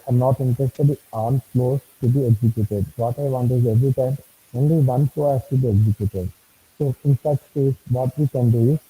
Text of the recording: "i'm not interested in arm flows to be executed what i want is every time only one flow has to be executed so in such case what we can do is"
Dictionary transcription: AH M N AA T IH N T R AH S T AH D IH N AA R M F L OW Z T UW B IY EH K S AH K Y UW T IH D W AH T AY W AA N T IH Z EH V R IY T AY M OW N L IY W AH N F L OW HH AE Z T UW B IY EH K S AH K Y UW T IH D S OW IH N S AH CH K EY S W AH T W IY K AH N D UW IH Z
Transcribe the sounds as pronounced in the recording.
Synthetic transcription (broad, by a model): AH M N AA T IH N T R AH S T AH D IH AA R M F L OW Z T UW B IY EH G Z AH K Y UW T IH D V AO T AY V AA N T IH Z EH V R IY T AY M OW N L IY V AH N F OW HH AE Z T UW B IY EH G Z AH K Y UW T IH D S OW IH N S AH CH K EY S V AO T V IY K AH N D UW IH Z